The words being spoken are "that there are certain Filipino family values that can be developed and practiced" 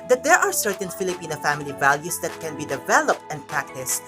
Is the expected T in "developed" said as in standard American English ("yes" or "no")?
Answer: yes